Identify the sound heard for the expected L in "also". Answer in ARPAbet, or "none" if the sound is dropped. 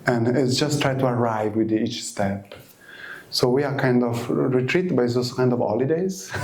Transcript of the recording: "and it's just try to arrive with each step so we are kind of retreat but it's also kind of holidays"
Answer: none